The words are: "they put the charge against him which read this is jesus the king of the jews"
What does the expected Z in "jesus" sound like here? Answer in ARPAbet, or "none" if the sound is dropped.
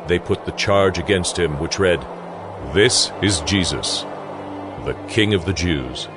Z